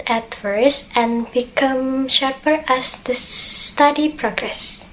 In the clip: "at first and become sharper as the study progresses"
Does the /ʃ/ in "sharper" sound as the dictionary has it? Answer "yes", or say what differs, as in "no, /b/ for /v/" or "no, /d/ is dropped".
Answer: yes